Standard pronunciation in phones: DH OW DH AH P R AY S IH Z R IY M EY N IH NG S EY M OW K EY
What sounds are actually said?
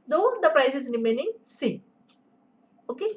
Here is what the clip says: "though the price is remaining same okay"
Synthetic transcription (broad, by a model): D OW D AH P R AY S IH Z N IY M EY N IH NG S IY OW K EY